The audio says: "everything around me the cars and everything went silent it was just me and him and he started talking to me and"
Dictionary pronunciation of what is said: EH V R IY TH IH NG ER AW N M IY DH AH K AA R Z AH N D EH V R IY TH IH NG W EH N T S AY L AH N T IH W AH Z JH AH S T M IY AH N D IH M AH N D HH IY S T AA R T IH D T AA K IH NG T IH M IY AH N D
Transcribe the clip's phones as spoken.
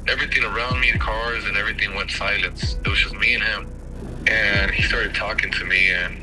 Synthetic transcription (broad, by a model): EH V R IY TH IH NG ER AW N M IY DH AH K AA R Z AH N EH V R IY TH IH NG W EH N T S AY L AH N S IH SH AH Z M IY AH N IH M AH N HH IY S T AA R T IH D T AA K IH NG T IH M IY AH N